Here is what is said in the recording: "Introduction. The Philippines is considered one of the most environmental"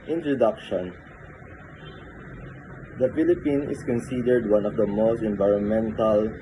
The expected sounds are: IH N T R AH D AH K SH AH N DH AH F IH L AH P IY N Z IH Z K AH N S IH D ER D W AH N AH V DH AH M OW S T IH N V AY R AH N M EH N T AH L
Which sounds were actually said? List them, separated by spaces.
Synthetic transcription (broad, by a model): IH N T R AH D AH K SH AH N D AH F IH L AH P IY N IH S K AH N S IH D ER D W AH N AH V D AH M OW S T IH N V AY R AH N M EH N T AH L